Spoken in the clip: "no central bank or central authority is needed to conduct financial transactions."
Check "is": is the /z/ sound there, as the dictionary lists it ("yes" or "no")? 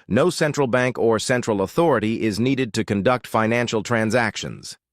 yes